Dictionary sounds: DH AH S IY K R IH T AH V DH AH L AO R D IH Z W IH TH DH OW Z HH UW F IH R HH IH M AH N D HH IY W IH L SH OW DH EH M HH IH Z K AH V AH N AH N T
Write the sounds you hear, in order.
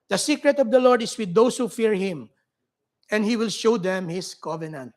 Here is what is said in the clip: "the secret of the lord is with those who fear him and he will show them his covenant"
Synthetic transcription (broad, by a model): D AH S IY K R IH T AH V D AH L AO R D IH S W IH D OW S HH UW F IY R HH IH M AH N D HH IY W IH L SH OW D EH M HH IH S K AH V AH N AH N T